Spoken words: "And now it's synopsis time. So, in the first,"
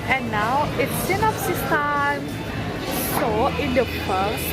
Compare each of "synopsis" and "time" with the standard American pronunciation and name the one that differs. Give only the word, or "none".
synopsis